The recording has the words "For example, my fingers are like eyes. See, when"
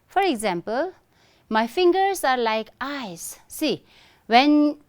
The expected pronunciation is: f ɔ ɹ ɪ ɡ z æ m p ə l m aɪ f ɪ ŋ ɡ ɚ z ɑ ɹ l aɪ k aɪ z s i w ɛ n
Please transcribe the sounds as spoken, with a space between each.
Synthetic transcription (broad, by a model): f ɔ ɹ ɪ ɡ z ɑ m p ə l m aɪ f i ŋ ɡ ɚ s ɑ ɹ l aɪ k aɪ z s i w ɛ n